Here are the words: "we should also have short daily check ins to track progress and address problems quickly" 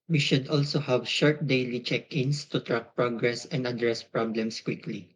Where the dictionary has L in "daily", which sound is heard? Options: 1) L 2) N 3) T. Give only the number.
1